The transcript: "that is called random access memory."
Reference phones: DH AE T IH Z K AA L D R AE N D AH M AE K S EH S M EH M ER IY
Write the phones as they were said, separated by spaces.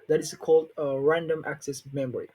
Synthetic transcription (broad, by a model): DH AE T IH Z K AA L D R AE N D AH M AE K S EH S M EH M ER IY